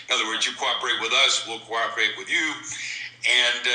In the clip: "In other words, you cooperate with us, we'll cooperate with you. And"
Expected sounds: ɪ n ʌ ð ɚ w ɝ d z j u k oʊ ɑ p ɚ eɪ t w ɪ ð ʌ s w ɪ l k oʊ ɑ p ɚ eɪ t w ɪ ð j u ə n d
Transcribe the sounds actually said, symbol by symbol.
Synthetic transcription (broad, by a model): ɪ n ʌ ð ɚ w ɝ d z j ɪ k oʊ ɑ p ɚ eɪ t w ɪ ð ʌ s w ɪ l k oʊ ɑ p ɚ eɪ t w ɪ ð j u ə n